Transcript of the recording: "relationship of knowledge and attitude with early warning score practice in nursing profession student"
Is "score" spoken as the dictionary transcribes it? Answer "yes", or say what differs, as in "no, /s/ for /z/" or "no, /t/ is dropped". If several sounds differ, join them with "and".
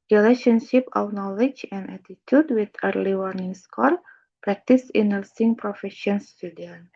no, /l/ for /ɹ/